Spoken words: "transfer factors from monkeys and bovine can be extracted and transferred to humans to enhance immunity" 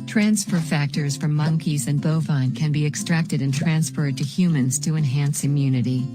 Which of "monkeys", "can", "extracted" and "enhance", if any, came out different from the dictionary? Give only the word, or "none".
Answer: none